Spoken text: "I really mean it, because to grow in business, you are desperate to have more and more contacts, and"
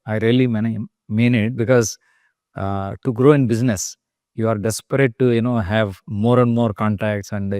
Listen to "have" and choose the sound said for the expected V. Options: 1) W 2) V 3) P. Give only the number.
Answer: 2